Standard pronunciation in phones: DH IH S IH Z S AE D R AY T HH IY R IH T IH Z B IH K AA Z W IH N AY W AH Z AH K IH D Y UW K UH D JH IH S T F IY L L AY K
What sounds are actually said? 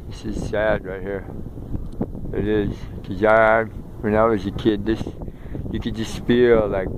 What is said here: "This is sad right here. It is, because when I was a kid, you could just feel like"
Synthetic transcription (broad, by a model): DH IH S IH Z S AE D R AY T HH IY R IH T IH Z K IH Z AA W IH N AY W AH Z AH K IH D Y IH K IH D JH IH S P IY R L AY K